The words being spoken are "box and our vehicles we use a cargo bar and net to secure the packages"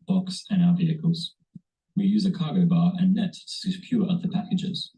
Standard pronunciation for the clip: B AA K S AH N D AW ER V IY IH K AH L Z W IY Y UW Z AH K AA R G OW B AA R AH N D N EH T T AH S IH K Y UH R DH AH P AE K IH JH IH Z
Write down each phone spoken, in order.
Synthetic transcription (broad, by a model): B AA K S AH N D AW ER V IY IH K AH L Z W IY Y UW Z AH K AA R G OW B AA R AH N N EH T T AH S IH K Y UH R DH AH P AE K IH JH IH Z